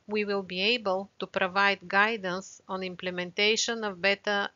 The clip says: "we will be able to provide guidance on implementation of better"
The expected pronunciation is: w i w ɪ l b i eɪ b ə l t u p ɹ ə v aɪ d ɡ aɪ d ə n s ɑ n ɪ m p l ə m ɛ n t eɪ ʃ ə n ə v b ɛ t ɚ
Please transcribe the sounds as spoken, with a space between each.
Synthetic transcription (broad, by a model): w i w ɪ l b i eɪ b ə l t u p ɹ ə v aɪ d ɡ aɪ d ə n s ɑ n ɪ m p l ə m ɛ n t eɪ ʃ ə n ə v b ɛ t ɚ